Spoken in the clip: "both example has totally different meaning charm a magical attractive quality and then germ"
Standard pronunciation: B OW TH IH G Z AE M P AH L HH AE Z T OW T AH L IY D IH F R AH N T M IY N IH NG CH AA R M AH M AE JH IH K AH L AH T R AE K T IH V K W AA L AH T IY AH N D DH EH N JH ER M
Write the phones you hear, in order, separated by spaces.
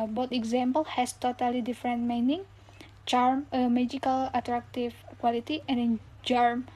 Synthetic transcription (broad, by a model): B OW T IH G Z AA M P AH L HH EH S T OW T AH L IY D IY F R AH N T M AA N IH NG CH AA R M AH M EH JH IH K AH L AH T R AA K T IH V K W AA L AH T IY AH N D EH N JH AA M